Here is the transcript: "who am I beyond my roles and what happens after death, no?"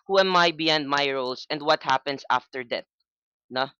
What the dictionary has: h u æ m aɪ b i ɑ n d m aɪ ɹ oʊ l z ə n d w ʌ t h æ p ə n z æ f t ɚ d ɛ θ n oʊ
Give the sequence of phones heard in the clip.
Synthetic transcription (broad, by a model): h u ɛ m aɪ b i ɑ n d m aɪ ɹ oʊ l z ə n d w ʌ t h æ p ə n s æ f t ɚ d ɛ t n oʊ